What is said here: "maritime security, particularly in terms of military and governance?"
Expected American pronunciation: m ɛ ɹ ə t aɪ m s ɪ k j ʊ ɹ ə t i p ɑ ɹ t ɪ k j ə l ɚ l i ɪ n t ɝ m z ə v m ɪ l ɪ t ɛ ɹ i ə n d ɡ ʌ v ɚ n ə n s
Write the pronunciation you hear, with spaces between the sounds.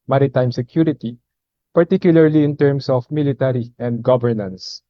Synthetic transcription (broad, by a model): m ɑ ɹ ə t aɪ m s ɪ k j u ɹ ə t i p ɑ ɹ t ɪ k j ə l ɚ l i ɪ n t ɝ m s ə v m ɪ l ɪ t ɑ ɹ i ə n d ɡ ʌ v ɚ n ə n s